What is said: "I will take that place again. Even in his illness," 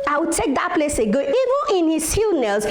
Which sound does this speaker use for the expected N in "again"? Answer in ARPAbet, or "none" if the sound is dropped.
none